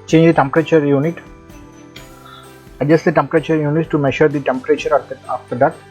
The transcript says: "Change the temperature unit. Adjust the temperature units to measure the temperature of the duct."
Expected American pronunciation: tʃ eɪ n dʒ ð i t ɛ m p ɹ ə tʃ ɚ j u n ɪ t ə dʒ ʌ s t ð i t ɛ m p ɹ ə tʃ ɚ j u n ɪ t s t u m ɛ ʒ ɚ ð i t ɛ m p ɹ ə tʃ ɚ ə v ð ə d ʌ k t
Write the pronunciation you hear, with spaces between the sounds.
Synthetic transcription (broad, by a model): tʃ eɪ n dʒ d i t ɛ m p ɹ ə tʃ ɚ j u n ɪ t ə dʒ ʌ s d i t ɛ m p ɹ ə tʃ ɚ j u n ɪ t t u m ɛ ʃ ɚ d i t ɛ m p ɹ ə tʃ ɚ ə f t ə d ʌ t